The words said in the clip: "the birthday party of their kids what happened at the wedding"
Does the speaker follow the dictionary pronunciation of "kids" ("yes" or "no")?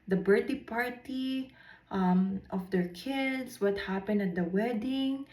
no